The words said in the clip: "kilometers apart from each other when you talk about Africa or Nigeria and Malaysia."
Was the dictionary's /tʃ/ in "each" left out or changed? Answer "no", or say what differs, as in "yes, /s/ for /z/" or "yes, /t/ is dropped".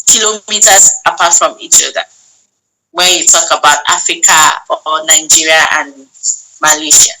no